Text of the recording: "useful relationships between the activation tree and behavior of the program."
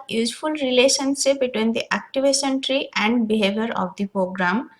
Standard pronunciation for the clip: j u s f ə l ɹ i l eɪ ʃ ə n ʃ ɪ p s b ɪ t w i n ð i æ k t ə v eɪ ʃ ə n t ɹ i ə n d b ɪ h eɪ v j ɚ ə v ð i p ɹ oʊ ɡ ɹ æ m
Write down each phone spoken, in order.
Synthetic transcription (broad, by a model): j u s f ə l ɹ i l eɪ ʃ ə n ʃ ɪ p b ɪ t w i n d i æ k t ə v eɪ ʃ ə n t ɹ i ə n d b ɪ h eɪ v j ɚ ə v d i p ɹ oʊ ɡ ɹ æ m